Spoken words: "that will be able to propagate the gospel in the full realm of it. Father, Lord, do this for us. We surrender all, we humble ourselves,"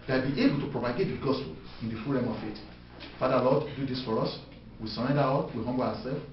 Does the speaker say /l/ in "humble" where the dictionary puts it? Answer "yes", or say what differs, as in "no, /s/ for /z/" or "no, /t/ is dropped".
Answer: no, /w/ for /l/